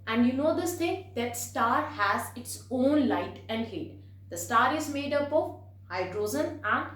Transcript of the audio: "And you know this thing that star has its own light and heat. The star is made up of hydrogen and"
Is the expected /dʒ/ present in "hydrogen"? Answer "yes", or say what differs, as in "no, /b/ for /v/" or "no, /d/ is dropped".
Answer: no, /z/ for /dʒ/